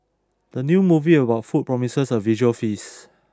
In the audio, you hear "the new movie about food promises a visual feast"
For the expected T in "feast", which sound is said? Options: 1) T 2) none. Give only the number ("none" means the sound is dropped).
2